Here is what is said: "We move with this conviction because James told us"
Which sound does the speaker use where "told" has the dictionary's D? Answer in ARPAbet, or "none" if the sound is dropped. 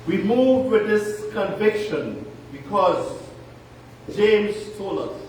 none